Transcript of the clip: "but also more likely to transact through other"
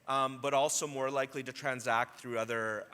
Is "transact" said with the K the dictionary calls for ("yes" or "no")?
yes